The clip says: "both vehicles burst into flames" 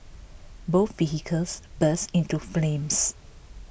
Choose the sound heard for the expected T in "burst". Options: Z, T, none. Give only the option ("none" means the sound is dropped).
none